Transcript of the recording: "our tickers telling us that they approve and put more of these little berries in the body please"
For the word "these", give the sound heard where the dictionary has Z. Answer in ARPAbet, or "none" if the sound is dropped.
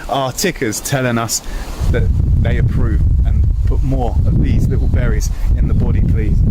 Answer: Z